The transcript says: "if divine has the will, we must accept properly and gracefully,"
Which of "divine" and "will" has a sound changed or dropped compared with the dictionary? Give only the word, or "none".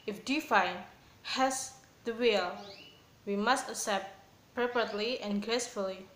divine